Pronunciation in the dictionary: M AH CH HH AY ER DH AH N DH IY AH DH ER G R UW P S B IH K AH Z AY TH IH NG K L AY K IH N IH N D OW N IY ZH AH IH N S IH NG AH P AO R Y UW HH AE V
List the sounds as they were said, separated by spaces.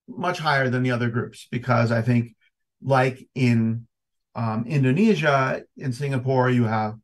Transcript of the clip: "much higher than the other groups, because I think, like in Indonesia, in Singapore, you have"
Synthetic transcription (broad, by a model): M AH CH HH AY ER DH AH N DH IY AH DH ER G R UW P S B IH K AH Z AY TH IH NG K L AY K IH N IH N D OW N IY ZH AH IH N S IH NG AH P AO R Y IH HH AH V